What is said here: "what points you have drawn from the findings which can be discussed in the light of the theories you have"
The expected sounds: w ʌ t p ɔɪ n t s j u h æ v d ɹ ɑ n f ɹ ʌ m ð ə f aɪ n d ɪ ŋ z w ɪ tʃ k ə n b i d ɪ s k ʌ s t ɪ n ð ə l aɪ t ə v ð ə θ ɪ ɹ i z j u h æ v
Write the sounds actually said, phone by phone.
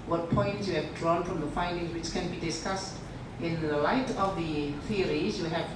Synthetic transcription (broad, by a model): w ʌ t p ɔɪ n t s j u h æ v d ɹ ɑ n f ɹ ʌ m ð ə f aɪ n d ɪ ŋ z w ɪ tʃ k ə n b i d ɪ s k ʌ s t ɪ n ð ə l aɪ t ə v ð ə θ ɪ ɹ i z j u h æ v